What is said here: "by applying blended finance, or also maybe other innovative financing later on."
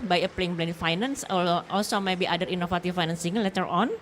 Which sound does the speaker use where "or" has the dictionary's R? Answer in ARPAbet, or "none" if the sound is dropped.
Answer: L